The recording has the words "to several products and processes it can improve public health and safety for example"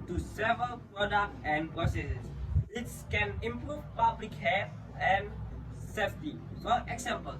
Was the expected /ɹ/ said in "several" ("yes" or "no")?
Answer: yes